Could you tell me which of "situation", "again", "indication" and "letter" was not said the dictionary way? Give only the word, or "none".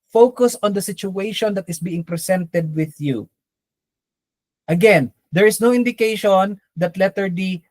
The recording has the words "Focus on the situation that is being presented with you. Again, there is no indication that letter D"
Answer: none